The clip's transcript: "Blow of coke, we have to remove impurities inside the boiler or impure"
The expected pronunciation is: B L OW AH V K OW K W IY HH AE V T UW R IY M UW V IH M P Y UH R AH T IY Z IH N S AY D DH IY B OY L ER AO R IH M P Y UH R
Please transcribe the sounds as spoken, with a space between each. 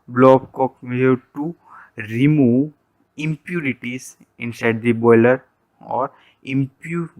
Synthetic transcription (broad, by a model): B L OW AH B K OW K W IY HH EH T UW R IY M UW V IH M P Y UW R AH T IY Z IH N S AY D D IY B OY L ER AO R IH M P Y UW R